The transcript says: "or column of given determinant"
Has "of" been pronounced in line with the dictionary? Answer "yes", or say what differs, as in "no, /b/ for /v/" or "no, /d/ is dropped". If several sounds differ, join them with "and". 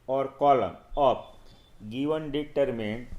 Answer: no, /p/ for /v/